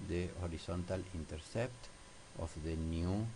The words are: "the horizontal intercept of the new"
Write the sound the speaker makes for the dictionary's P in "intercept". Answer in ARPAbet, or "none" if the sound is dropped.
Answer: P